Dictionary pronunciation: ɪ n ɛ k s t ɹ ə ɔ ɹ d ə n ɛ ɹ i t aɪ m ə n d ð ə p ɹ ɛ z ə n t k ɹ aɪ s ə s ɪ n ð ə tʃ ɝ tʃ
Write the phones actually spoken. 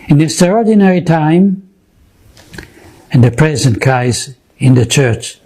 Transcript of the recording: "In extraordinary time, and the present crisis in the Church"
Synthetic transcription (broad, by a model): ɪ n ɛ s t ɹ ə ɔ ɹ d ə n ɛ ɹ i t aɪ m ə n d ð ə p ɹ ɛ z ə n t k aɪ ə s ɪ n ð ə tʃ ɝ tʃ